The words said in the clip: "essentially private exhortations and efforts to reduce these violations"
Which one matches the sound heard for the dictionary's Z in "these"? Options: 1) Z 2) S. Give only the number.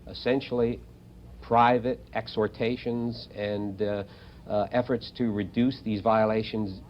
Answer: 1